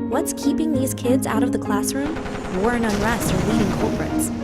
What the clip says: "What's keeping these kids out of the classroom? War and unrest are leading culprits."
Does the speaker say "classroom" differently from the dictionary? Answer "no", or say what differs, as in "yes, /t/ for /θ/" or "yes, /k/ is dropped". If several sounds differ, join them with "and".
no